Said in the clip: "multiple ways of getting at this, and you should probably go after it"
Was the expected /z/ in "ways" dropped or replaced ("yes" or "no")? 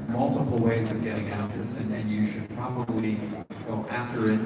no